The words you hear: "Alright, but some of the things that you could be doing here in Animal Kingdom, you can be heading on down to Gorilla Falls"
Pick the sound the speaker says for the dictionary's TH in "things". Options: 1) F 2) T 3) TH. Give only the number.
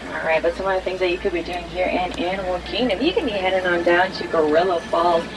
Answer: 3